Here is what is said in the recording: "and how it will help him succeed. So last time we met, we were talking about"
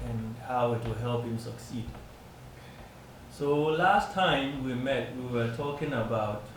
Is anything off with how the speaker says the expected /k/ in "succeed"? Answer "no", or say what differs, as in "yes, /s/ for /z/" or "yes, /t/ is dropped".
no